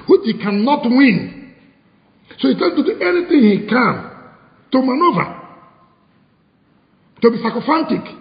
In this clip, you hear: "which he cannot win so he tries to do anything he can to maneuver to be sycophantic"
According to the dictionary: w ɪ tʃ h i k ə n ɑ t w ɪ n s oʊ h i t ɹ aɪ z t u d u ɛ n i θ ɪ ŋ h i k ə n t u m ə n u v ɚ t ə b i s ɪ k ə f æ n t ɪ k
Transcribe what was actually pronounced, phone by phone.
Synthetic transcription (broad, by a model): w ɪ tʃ h i k ə n ɑ t w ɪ n s oʊ h i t aɪ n t u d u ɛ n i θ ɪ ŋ h i k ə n t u m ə n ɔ v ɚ t ə b i s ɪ k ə f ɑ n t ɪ k